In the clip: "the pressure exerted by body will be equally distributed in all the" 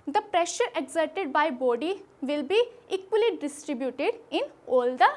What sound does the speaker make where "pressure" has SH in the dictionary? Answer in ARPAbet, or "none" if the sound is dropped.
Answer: SH